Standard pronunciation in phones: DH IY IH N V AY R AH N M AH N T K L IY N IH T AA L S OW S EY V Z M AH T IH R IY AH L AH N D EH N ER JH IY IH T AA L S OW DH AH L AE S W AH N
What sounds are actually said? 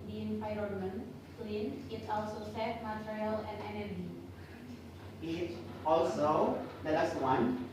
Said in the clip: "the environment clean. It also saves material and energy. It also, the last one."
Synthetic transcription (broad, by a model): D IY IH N P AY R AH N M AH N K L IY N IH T AA L S OW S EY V M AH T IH R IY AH L AH N D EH N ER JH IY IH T AA L S OW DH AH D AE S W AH N